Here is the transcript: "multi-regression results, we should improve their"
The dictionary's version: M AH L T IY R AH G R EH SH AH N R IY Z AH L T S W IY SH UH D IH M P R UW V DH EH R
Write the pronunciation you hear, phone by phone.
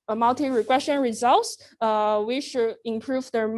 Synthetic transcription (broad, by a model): M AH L T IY R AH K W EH S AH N R IY Z AH L T S W IY SH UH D IH M P R UW V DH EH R